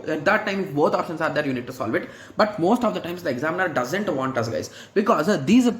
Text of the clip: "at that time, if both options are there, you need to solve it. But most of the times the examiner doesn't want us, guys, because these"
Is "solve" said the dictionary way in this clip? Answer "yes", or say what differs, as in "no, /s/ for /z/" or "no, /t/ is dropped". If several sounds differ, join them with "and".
yes